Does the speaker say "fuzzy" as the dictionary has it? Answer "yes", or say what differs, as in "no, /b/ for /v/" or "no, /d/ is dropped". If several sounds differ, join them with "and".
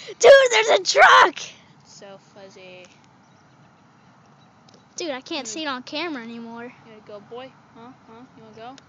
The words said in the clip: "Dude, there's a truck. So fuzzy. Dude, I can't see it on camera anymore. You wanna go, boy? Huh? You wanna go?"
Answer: yes